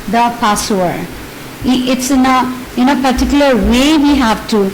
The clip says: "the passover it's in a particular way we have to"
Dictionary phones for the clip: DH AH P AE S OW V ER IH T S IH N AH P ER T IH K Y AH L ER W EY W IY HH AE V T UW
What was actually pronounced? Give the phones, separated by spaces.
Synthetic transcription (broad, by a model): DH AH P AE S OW ER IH T S IH N AH P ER T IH K Y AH L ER W EY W IY HH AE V T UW